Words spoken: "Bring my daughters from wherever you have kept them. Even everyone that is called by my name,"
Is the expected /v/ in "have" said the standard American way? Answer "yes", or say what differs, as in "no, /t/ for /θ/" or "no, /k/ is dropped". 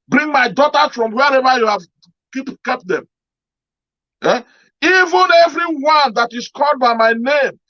no, /p/ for /v/